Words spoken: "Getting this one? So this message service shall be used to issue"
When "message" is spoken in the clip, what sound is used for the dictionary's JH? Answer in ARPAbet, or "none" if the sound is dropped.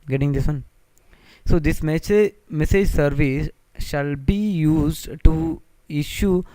JH